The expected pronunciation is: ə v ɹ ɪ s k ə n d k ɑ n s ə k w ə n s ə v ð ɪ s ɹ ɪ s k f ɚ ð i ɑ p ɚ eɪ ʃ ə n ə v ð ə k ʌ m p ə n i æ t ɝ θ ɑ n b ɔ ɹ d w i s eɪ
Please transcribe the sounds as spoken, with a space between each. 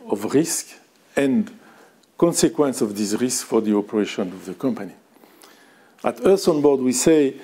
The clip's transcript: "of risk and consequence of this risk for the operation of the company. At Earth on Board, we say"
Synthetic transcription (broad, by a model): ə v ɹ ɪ s k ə n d k ɑ n s ə k w ə n s ə v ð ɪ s ɹ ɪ s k f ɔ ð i ɑ p ɚ eɪ ʃ ə n ə v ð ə k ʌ m p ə n i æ t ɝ s ɑ n b ɔ ɹ d w i s eɪ